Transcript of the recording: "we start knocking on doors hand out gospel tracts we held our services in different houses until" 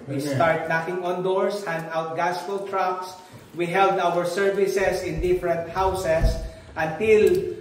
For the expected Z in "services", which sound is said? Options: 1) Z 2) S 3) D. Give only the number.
2